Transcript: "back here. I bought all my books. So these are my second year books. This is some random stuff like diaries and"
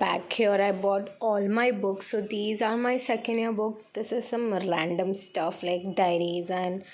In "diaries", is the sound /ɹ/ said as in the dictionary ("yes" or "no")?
yes